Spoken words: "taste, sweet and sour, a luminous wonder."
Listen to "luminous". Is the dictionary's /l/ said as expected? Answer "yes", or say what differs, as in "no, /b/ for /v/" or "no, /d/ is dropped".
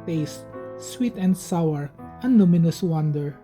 no, /n/ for /l/